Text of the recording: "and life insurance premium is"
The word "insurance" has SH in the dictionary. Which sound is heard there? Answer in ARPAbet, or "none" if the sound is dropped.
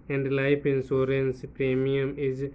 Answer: S